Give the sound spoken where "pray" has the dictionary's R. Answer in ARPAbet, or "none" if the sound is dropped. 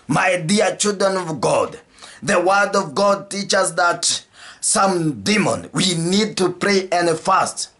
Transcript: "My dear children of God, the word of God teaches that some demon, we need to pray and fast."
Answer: R